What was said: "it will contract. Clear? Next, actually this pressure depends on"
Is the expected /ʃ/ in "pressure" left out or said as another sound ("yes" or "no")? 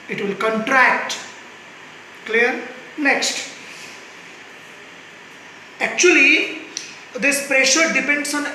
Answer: no